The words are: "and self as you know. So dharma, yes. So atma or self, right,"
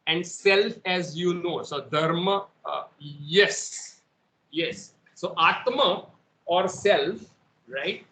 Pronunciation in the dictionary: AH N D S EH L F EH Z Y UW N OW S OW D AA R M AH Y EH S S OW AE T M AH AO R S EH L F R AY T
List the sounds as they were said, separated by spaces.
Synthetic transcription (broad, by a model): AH N D S EH L F EH Z Y UW N OW S OW D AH R M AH Y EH S S OW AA T M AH AO R S EH L F R AY T